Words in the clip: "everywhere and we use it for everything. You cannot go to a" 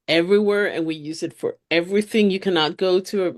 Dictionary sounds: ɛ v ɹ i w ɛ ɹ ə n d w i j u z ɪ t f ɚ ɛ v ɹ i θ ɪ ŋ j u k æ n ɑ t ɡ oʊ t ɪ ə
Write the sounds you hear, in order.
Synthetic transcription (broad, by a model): ɛ v ɹ i w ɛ ɹ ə n w i j u z ɪ t f ɚ ɛ v ɹ i θ ɪ ŋ j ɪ k æ n ɑ t ɡ oʊ t ɪ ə